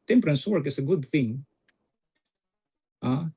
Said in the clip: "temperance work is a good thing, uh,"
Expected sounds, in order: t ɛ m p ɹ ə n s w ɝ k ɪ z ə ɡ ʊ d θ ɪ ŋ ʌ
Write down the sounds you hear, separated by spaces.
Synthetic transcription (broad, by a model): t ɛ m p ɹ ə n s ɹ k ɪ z ə ɡ ʊ d θ ɪ ŋ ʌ